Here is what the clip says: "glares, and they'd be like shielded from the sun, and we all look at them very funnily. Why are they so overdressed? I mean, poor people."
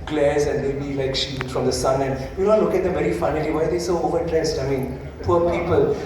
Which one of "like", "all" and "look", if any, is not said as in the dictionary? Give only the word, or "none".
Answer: all